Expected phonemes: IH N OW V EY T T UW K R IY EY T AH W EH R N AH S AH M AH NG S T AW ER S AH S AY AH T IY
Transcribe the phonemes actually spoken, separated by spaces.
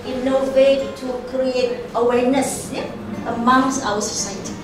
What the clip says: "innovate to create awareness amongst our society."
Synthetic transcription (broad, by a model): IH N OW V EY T T UW K R IY EY T AH W EH R N AH S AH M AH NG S AW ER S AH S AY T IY